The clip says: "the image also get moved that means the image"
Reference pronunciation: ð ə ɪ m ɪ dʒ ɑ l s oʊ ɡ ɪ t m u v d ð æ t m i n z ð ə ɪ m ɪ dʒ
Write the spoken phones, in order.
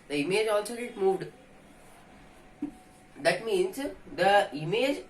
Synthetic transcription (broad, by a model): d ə ɪ m ɪ dʒ ɑ l s oʊ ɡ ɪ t m u v d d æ t m i n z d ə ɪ m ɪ dʒ